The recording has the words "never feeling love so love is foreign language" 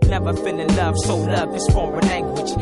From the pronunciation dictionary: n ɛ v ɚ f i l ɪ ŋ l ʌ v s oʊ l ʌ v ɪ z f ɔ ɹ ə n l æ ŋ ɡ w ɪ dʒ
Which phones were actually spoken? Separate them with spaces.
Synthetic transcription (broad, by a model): n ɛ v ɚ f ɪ n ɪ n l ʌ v s oʊ l ʌ v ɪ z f ɔ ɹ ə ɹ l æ ŋ ɡ w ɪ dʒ